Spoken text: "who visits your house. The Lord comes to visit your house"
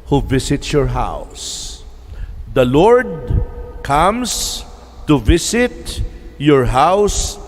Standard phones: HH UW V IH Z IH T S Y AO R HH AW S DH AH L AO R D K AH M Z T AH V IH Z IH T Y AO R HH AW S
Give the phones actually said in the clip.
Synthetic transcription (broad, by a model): HH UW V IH S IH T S Y AO R HH AW S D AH L AO R D K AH M S T AH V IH S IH T Y AO R HH AW S